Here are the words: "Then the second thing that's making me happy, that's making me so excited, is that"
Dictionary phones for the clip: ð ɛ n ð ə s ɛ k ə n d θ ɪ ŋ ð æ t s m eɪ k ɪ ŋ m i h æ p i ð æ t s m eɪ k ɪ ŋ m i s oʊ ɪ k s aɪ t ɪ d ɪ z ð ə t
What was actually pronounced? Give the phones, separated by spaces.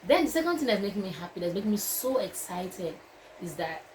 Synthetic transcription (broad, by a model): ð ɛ n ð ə s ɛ k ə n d θ ɪ ŋ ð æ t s m eɪ k ɪ ŋ m i h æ p i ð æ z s m eɪ k ɪ ŋ m i s oʊ ɪ k s aɪ t ɪ d ɪ z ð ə t